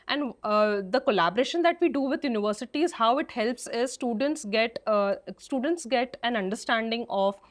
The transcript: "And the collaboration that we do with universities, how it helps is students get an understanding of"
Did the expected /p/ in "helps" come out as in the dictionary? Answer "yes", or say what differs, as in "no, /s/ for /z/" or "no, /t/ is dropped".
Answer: yes